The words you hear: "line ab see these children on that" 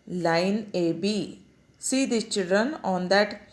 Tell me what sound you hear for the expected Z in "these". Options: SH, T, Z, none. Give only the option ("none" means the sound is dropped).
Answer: none